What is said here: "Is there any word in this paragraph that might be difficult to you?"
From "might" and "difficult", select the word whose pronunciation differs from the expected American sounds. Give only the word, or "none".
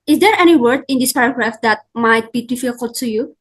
difficult